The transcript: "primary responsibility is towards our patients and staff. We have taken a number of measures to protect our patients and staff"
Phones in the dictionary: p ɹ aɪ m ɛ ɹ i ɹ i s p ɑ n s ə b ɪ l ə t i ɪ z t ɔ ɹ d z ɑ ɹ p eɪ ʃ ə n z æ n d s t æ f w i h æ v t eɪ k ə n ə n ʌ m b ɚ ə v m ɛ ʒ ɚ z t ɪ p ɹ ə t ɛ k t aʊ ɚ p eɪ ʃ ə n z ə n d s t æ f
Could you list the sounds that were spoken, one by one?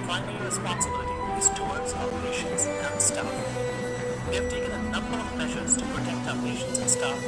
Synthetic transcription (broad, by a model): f aɪ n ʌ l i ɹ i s p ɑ n s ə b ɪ l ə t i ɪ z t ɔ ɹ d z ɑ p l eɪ ʃ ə n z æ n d s t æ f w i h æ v t eɪ k ə n ə n ʌ m b ɚ ə v m ɛ ʒ ɚ z t ɪ p ɹ ə t ɛ k t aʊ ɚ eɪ ʃ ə n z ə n s t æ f